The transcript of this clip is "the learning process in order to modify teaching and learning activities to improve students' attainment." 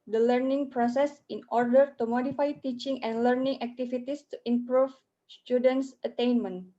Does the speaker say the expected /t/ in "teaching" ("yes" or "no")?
yes